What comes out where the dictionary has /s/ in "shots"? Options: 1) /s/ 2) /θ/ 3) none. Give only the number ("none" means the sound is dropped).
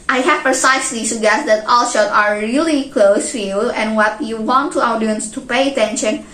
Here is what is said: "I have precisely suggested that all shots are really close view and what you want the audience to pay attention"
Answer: 3